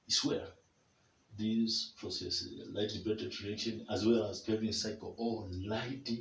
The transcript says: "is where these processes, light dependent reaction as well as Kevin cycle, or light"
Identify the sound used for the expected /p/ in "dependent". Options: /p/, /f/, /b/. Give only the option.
/b/